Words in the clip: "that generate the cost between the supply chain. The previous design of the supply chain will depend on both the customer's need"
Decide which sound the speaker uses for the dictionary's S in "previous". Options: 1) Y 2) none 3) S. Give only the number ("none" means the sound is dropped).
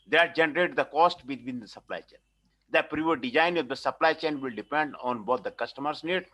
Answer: 2